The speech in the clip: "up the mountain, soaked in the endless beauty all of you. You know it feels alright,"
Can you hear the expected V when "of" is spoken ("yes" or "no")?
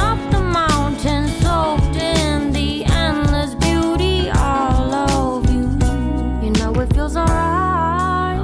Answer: yes